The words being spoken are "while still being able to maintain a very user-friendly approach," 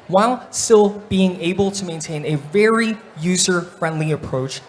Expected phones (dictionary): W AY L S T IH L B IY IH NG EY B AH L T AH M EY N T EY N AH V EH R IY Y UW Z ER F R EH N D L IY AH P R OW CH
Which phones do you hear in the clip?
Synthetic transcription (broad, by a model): W AY L S T IH L B IY IH NG EY B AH L T AH M EY N T EY N AH V EH R IY Y UW Z ER F R EH N D L IY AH P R OW CH